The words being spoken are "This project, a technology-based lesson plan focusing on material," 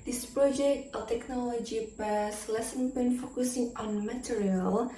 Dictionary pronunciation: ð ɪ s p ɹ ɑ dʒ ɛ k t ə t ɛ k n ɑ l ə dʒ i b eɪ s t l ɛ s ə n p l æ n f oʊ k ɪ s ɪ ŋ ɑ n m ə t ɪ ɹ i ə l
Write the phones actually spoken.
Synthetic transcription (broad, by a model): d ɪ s p ɹ ɑ dʒ ɛ k t ə t ɛ k n ɑ l ə dʒ i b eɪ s l ɛ s ə n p ɛ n f oʊ k ɪ s ɪ ŋ ɑ n m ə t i ɹ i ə l